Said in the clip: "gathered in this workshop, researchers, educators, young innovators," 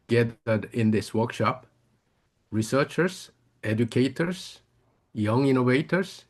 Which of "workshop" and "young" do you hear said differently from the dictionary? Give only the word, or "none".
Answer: none